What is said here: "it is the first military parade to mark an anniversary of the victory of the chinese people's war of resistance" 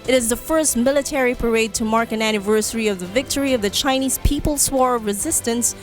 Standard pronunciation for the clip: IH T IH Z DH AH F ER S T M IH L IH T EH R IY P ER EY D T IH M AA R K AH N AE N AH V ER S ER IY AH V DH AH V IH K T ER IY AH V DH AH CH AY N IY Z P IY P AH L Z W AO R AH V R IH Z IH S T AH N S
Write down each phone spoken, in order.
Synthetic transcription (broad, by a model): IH T IH Z DH AH F ER S T M IH L IH T EH R IY P ER EY D T IH M AA R K AH N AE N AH V ER S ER IY AH V DH AH V IH K T ER IY AH V DH AH CH AY N IY Z P IY P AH L S W AO R AH V R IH Z IH S T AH N S